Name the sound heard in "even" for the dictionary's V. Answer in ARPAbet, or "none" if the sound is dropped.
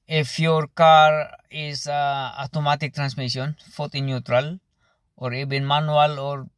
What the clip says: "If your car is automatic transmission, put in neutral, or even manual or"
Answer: B